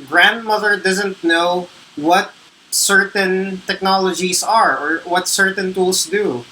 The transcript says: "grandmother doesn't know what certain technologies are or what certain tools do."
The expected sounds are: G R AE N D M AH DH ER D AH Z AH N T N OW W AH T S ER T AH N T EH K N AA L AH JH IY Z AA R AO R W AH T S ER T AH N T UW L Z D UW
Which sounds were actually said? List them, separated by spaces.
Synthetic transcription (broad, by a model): G R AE N D M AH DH ER D AH Z AH N T N OW W AH T S ER T AH N T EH K N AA L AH JH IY S AA R AO R W AH T S ER T AH N T UW L S D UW